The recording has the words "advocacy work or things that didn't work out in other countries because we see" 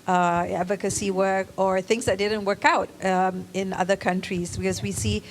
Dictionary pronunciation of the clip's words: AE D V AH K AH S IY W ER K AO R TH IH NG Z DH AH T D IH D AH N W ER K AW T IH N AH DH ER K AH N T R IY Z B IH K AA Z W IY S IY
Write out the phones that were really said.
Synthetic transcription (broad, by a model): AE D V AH K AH S IY W ER K AO R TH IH NG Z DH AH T D IH D AH N W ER K AW T IH N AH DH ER K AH N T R IY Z B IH K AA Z W IY S IY